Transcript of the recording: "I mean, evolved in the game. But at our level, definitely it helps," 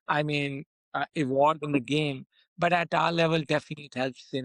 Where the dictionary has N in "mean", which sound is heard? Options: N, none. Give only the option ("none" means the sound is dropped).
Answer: N